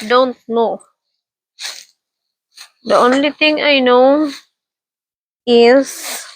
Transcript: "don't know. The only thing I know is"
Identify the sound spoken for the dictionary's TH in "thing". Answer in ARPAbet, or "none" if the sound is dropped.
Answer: T